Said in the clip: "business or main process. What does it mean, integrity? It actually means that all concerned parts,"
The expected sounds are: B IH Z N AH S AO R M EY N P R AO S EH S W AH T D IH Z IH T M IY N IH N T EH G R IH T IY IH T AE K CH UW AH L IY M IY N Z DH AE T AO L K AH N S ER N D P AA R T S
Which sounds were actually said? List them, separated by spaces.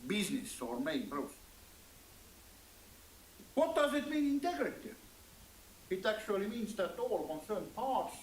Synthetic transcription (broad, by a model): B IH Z N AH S AO R M EY N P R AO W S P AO T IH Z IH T M IY N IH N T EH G R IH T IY IH T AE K S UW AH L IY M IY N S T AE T AO L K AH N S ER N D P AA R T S